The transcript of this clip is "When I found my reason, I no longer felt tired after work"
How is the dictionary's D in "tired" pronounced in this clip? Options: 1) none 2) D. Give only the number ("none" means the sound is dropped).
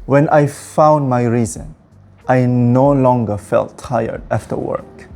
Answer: 2